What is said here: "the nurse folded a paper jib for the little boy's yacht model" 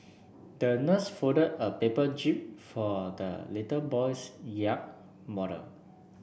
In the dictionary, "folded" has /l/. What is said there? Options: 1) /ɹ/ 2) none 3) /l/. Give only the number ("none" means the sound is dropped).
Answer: 2